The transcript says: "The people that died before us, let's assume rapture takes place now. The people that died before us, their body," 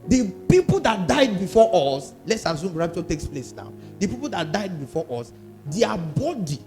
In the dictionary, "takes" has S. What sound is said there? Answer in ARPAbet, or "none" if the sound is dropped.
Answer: S